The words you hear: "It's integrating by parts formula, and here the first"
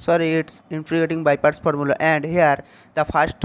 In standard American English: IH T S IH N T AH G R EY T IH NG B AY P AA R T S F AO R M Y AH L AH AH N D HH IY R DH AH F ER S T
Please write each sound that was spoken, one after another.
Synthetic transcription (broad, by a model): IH T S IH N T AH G EY T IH NG B AY P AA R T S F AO R M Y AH L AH AH N D HH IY R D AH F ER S T